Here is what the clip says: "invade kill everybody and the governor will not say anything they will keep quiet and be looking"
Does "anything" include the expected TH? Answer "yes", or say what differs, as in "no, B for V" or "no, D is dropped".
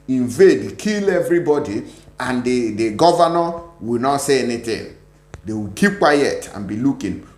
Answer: no, T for TH